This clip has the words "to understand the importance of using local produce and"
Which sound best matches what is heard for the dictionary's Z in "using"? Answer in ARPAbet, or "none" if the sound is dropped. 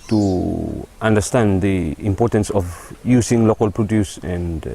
S